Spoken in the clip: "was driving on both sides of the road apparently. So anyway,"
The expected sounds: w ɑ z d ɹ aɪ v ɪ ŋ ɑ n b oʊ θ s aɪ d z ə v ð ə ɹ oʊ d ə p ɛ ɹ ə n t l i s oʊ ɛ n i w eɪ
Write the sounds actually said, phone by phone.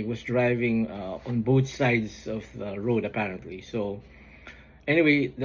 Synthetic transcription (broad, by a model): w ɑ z d ɹ aɪ v ɪ ŋ ɑ n b oʊ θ s aɪ d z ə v ð ə ɹ oʊ d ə p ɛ ɹ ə n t l i s oʊ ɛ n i w eɪ